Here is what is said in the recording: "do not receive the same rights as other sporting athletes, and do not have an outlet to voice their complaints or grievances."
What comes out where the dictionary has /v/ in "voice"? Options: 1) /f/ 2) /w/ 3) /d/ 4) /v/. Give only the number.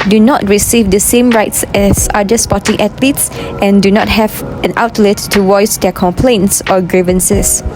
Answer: 2